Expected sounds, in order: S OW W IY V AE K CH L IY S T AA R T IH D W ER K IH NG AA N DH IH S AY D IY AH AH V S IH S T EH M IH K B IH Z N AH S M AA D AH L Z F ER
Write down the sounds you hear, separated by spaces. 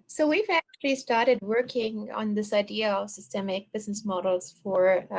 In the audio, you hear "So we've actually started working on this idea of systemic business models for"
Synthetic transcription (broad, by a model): S OW W IY V AE K CH L IY S T AA R T IH D W ER K IH NG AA N DH IH S AY D IY AH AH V S IH S T EH M IH K B IH Z N AH S M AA D L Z F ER